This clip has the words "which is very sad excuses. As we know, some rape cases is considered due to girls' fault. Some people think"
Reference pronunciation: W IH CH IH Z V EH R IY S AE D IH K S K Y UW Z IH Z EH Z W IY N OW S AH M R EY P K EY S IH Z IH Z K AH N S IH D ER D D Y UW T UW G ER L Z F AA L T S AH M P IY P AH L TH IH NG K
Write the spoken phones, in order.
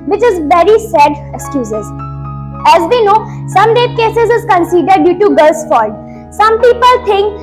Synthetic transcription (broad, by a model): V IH CH IH Z V EH R IY S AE D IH K S K Y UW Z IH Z EH Z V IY N OW S AH M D EY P K EY S IH Z IH Z K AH N S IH D ER D D Y UW T UW G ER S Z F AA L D S AH M P IY P AH L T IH NG K